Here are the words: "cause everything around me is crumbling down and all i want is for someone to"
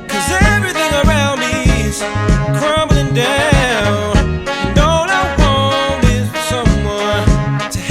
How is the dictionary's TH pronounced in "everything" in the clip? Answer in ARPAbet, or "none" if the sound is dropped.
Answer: TH